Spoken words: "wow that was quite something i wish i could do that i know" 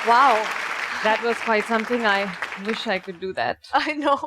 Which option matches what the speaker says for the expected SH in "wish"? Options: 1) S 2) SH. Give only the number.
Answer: 2